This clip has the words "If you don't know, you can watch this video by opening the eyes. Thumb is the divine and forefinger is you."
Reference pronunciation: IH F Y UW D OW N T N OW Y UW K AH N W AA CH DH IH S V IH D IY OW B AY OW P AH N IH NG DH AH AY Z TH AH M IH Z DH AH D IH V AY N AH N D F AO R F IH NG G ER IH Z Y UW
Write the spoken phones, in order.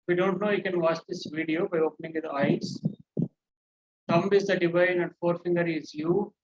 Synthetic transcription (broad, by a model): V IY D OW N T N OW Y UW K AH N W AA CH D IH S V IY D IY OW B AY OW P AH N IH NG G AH AY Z T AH M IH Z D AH D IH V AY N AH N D F AO R F IH NG G ER IH Z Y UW